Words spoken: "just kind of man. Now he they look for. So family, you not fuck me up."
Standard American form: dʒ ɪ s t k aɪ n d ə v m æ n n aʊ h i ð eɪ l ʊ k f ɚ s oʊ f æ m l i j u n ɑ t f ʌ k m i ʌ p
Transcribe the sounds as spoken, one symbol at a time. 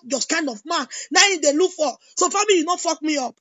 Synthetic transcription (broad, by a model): dʒ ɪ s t k aɪ n d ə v m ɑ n n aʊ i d eɪ l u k f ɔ s oʊ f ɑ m i j u n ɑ f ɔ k m i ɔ p